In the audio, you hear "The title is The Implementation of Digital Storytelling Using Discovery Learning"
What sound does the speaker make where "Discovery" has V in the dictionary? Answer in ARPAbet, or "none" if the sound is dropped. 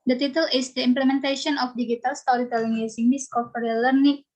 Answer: P